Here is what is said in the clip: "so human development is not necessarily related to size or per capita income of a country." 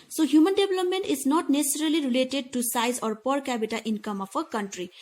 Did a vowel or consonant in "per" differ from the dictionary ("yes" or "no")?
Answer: no